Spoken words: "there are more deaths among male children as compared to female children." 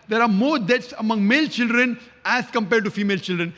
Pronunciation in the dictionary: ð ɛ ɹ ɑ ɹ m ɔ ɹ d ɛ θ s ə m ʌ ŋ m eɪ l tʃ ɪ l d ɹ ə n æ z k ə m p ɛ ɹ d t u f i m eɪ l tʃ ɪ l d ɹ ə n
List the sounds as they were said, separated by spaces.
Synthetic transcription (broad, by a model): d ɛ ɹ ɑ ɹ m ɔ ɹ d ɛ t s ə m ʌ ŋ m eɪ l tʃ ɪ l d ɹ ə n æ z k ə m p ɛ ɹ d t u f i m eɪ l tʃ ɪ l d ɹ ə n